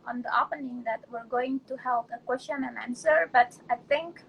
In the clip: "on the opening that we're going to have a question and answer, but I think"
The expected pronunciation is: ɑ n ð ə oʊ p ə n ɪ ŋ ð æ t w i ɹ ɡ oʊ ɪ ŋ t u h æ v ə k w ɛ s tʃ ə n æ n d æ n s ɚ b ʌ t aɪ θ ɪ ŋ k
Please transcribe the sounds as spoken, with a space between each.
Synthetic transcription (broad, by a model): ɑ n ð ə oʊ p ə n ɪ ŋ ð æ t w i ɹ ɡ oʊ ɪ ŋ t u h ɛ p ə k w ɛ s tʃ ə n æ n æ n s ɚ b ʌ t aɪ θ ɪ ŋ k